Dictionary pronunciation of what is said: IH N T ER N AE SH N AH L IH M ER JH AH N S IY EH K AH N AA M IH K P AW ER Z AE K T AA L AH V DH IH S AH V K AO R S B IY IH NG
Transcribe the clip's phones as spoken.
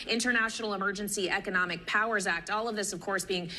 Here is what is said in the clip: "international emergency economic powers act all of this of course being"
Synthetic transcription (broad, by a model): IH N T ER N AE SH N L IH M ER JH AH N S IY EH K AH N AA M IH K P AW ER Z AE K T AA L AH V DH IH S AH V K AO R S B IY IH NG